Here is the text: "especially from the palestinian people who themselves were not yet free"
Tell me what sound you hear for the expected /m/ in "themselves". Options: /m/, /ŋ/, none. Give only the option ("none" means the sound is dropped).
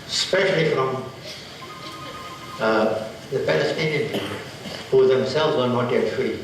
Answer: /m/